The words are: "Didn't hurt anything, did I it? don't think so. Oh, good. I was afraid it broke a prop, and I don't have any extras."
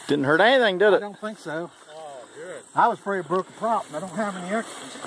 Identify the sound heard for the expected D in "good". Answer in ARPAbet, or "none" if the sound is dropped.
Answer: none